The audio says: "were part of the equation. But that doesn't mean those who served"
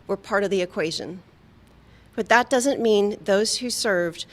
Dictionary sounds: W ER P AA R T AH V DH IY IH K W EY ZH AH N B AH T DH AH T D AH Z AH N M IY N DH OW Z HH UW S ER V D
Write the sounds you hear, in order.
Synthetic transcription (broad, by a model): W ER P AA R T AH V DH IY IH K W EY ZH AH N B AH T DH AH T D AH Z AH N M IY N DH OW Z HH UW S ER V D